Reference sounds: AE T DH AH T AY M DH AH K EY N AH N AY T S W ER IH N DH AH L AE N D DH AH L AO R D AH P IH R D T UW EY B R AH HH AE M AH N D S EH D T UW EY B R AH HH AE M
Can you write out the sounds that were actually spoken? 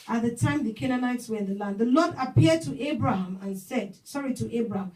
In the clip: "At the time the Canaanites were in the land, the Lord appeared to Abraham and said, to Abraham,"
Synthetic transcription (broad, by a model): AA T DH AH T AY M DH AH K EY N AH N AY T S W ER IH N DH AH L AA N D DH AH L AO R D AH P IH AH D T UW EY B R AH HH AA M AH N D S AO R T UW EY B R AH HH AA M